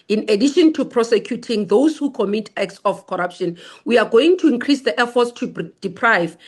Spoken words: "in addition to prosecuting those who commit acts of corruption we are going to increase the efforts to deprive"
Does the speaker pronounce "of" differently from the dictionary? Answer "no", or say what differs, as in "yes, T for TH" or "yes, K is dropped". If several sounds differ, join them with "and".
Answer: yes, F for V